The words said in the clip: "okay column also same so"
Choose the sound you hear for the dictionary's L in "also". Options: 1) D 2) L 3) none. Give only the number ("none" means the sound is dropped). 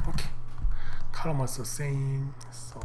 3